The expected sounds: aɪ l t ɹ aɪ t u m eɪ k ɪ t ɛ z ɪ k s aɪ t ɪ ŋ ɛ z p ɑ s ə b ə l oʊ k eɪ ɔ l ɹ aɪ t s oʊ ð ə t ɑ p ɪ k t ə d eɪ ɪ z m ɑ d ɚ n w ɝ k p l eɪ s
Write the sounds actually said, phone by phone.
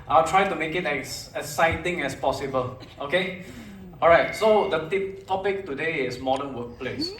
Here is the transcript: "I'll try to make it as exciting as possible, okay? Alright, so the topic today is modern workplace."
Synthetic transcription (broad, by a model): aɪ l t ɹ aɪ t u m eɪ k ɪ t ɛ s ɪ s aɪ t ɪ ŋ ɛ s p ɑ s ə b ə l oʊ k eɪ ɔ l ɹ aɪ t s oʊ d ə t ɑ p ɪ k t ə d eɪ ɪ s m ɑ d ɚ n w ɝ k p l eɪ s